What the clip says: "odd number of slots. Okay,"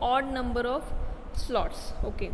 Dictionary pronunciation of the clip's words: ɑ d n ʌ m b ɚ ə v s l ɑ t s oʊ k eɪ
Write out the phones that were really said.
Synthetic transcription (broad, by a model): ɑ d n ʌ m b ɚ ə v s l ɑ t s oʊ k eɪ